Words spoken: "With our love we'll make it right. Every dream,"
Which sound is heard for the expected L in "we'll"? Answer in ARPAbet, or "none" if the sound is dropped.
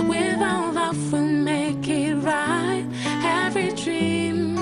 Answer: N